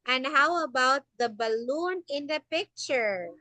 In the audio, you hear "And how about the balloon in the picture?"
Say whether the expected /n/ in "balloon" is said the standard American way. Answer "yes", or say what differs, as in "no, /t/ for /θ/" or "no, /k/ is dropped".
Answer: yes